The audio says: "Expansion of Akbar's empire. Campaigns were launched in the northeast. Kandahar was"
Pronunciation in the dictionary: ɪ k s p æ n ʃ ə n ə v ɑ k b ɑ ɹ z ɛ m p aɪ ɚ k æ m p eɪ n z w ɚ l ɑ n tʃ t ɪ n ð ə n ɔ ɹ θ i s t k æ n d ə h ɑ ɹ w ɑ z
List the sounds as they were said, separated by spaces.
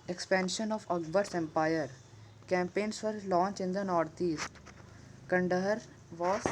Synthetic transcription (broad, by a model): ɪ k s p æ n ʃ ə n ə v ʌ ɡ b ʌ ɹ s ɛ m p aɪ ɚ k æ m p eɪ n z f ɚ l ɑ n tʃ ɪ n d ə n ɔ ɹ t i s t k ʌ n d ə h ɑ ɹ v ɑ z